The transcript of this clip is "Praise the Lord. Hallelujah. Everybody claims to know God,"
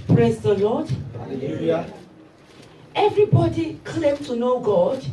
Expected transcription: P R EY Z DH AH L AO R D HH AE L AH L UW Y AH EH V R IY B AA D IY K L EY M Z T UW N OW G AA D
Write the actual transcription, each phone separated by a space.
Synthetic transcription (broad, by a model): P R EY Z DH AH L AO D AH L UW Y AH EH V R IY B AA D IY K L EY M T UW N OW G AA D